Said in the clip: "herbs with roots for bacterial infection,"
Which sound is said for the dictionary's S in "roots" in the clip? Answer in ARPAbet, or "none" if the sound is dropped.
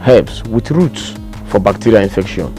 S